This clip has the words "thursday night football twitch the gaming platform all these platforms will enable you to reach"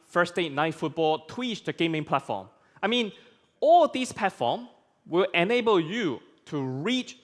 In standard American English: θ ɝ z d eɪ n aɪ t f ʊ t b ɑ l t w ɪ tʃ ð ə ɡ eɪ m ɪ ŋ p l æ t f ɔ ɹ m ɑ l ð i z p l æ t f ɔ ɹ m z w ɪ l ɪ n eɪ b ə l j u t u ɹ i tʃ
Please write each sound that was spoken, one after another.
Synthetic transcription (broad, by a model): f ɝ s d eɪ n aɪ t f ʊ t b ɑ l t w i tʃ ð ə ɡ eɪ m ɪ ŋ p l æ t f ɔ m m ɑ l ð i s p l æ t f ɔ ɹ m w ɪ l ɪ n eɪ b ə l j u t u ɹ i tʃ